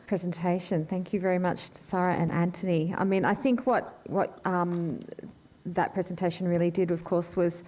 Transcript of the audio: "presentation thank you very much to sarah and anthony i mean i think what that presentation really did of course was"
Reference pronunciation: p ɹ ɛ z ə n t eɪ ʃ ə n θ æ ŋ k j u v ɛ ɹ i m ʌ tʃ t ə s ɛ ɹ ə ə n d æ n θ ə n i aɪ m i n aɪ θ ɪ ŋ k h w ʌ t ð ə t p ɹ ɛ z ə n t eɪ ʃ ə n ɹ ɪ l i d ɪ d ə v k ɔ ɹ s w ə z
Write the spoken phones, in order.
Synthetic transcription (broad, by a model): p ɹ ɛ z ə n t eɪ ʃ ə n θ æ ŋ k j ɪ v ɛ ɹ i m ʌ tʃ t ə s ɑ ɹ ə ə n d æ n t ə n i aɪ m i n aɪ θ ɪ ŋ k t w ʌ t ð ə t p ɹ ɛ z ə n t eɪ ʃ n ɹ ɪ l i d ɪ d ə v k ɔ ɹ s w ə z